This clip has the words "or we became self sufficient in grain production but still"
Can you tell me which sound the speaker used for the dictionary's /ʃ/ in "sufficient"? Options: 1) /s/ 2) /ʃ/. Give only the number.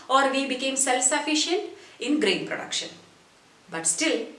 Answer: 2